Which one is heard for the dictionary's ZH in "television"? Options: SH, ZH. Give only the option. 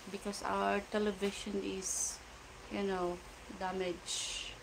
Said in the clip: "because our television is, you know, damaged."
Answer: SH